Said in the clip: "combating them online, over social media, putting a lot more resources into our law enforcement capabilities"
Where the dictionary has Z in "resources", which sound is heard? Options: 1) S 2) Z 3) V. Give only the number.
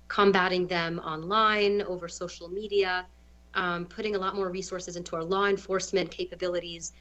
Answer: 2